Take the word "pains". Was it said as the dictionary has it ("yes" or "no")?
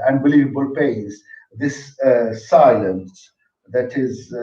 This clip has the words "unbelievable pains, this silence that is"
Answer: no